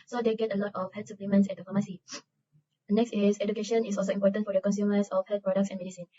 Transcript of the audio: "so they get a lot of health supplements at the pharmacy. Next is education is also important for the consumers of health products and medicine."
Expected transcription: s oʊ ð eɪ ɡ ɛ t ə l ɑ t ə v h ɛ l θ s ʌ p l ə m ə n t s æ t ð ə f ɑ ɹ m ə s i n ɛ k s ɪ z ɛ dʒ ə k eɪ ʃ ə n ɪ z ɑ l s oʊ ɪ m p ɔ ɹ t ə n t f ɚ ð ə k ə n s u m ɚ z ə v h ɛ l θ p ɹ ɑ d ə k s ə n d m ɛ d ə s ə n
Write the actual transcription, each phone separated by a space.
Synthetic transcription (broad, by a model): s oʊ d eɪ ɡ ɛ t ə l ɑ t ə f h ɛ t s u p l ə m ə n s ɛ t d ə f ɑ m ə s i n ɛ k s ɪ s ɛ dʒ ə k eɪ ʃ ə n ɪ s ɑ l s oʊ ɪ m p ɔ t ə n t f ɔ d ə k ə n s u m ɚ s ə f h ɛ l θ p ɹ ɑ d ə k s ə n m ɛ d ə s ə n